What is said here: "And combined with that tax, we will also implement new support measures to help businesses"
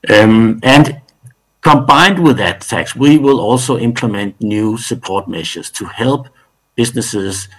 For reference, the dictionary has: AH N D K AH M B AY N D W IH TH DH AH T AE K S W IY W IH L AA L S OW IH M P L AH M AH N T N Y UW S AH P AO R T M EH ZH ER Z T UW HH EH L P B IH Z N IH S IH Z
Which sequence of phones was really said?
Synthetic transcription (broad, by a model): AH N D K AH M B AY N D W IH DH AH T AE K S W IY W IH L AA L S OW IH M P L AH M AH N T N Y UW S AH P AO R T M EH SH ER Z T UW HH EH L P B IH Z N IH S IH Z